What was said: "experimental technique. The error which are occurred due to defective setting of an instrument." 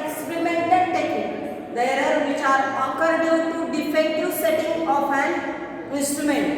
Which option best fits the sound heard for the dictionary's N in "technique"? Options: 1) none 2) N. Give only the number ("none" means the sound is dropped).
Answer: 1